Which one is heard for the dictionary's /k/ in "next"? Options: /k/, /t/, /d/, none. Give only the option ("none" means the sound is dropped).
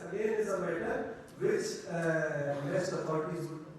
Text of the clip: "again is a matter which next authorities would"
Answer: none